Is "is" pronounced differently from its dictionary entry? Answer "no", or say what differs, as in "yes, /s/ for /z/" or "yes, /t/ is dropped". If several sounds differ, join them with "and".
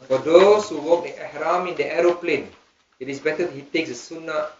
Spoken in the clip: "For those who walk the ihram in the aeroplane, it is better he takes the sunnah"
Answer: yes, /s/ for /z/